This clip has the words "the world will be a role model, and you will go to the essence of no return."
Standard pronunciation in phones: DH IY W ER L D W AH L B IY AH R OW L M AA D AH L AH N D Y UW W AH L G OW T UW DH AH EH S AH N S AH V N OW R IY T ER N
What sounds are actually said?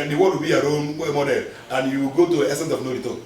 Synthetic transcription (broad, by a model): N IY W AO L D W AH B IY AH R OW N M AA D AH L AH N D Y UW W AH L G OW T UW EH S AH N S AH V N OW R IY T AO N